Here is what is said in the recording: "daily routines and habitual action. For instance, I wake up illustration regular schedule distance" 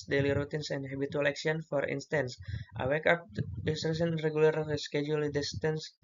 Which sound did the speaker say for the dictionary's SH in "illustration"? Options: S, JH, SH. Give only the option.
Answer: S